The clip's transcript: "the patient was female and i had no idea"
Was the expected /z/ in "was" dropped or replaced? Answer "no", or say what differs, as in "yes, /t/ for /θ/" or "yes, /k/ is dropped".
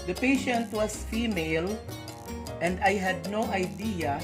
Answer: yes, /s/ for /z/